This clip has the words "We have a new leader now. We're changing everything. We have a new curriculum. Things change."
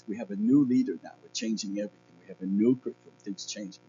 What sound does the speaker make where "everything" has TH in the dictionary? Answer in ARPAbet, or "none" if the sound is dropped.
TH